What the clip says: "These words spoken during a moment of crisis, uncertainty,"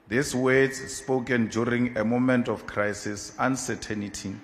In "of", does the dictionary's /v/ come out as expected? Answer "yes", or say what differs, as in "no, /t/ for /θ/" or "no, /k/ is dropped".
no, /f/ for /v/